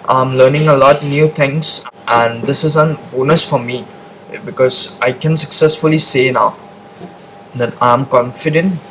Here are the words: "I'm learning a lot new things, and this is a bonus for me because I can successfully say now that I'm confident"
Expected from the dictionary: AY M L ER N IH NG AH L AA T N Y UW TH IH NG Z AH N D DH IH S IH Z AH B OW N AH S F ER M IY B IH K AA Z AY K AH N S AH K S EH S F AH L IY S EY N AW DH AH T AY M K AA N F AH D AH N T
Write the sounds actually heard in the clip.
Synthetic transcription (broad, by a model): AY M L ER N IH NG AH L AA T N Y UW T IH NG S AH N D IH S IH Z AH B OW N AH S F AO M IY B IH K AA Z AY K AH N S AH K S EH S F AH L IY S EY N AW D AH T AY M K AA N F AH D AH N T